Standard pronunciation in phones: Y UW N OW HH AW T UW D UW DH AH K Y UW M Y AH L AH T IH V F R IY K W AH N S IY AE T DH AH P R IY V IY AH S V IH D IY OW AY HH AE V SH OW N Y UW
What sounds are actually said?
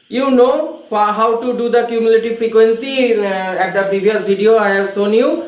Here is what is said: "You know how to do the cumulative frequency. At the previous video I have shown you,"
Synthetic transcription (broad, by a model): Y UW N OW HH AW T UW D UW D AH K Y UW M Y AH L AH T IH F R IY K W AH N S IY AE T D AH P R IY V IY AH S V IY D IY OW AY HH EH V S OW N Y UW